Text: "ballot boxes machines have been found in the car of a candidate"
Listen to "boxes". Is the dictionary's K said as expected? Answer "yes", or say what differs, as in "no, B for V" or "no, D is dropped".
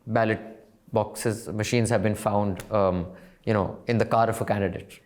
yes